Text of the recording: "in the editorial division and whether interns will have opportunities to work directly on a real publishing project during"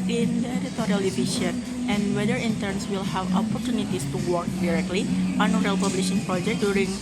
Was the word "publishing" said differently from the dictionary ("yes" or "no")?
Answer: no